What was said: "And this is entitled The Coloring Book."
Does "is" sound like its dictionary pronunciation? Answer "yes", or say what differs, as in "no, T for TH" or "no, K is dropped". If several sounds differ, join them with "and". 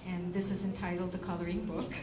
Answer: yes